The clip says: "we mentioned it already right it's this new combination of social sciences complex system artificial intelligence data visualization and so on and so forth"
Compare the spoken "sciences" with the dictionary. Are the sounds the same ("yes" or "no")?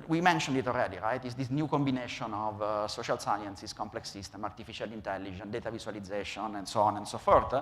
no